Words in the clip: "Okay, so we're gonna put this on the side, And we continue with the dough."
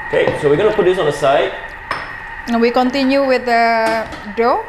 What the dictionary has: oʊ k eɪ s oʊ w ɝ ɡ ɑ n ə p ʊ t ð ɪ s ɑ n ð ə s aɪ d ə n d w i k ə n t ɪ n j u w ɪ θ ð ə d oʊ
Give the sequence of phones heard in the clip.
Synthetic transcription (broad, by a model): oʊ k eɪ s oʊ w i ɡ ɑ n ə p ʊ t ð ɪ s ɑ n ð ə s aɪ ə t w i k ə n t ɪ n j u w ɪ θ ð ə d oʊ